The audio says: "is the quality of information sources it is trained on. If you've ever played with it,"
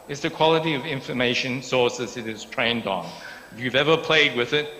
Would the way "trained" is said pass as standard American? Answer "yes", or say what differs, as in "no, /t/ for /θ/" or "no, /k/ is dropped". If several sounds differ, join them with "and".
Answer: yes